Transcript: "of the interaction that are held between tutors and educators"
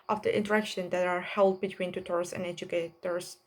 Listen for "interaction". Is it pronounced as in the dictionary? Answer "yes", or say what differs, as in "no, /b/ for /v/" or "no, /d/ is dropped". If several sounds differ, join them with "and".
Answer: yes